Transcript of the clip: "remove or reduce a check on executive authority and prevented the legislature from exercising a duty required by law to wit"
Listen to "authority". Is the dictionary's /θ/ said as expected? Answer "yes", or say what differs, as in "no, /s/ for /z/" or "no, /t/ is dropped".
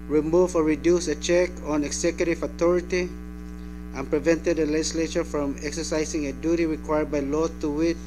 no, /t/ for /θ/